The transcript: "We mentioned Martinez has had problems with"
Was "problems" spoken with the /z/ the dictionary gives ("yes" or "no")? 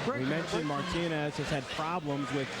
yes